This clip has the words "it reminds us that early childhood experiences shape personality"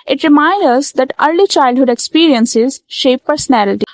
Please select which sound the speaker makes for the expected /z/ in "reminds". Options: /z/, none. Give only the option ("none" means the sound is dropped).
none